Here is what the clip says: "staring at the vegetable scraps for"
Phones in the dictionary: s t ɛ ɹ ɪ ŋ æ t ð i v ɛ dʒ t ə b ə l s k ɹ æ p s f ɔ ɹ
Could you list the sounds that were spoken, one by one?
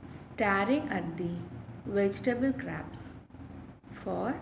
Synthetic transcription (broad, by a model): s t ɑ ɹ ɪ ŋ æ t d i v ɛ dʒ t ə b ə l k ɹ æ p s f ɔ ɹ